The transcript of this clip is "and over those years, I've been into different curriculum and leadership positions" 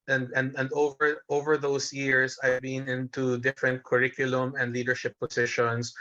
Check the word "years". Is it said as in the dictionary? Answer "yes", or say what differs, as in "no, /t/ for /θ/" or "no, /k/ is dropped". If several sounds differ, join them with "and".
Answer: no, /s/ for /z/